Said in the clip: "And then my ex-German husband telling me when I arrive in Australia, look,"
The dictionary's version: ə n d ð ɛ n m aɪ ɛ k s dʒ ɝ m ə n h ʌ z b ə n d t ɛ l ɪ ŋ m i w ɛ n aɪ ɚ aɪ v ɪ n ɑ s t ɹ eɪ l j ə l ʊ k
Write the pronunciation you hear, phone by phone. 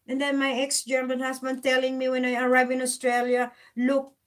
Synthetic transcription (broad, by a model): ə n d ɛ n m aɪ ɛ k s dʒ ɝ m ə n h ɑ s b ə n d t ɛ l ɪ ŋ m i w ɛ n aɪ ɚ aɪ v ɪ n ɑ s t ɹ eɪ l j ə l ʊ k